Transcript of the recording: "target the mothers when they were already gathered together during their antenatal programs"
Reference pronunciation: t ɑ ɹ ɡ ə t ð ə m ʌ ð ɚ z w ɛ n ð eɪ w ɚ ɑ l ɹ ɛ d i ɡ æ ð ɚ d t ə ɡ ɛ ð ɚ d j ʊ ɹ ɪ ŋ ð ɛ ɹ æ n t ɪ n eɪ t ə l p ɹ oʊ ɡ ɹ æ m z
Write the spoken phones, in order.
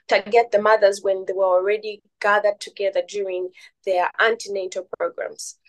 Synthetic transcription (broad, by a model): t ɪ ɡ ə t ð ə m ʌ ð ɚ z w ɛ n ð eɪ w ɚ ɑ l ɹ ɛ d i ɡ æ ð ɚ d t ə ɡ ɛ ð ɚ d j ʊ ɹ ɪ ŋ ð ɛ ɹ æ n t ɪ n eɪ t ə p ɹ oʊ ɡ ɹ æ m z